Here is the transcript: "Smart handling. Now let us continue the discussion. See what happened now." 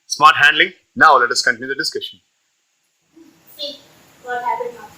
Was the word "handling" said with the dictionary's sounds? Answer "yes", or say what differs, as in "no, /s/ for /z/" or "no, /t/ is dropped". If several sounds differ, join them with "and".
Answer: yes